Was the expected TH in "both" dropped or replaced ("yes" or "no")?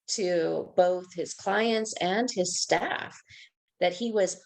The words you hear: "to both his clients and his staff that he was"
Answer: no